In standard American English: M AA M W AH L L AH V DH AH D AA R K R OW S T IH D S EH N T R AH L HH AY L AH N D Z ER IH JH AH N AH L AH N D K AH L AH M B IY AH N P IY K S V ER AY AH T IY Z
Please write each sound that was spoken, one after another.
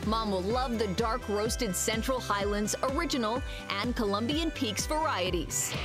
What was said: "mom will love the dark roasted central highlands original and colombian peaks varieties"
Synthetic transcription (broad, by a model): M AA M W AH L L AH V DH AH D AA R K R OW S T IH D S EH N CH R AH L HH AY L AH N D Z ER IH JH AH N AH L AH N K AH L AH M B IY AH N P IY K S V ER AY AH T IY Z